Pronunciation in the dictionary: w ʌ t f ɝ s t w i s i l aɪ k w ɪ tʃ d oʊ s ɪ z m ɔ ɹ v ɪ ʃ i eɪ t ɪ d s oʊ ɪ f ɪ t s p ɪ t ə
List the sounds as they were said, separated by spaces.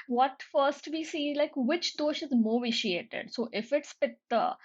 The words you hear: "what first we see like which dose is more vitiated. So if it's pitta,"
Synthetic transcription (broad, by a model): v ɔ t f ɝ s t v i s i l aɪ k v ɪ tʃ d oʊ ʃ ɪ z m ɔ v ɪ ʃ i eɪ t ɪ d s oʊ ɪ f ɪ t s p ɪ t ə